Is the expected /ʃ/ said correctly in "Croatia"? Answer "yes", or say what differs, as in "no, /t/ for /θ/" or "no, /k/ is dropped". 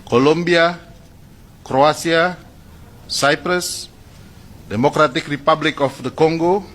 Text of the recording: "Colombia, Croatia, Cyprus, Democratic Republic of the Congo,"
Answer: no, /s/ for /ʃ/